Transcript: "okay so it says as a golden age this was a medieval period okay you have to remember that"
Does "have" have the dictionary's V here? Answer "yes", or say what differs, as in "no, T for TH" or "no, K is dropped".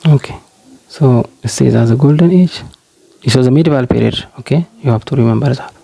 no, B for V